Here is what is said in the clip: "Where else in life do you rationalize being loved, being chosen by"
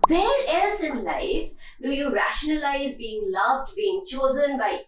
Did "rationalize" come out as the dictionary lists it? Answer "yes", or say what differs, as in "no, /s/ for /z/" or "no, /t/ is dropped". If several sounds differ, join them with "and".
yes